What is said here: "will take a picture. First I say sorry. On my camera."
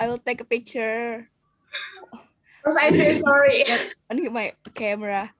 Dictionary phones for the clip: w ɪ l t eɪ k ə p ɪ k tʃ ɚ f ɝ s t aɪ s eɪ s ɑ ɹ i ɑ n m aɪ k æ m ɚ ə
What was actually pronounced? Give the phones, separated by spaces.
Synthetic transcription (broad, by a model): w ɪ l t eɪ k ə p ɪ k tʃ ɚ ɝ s aɪ s eɪ s ɑ ɹ i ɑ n m aɪ k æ m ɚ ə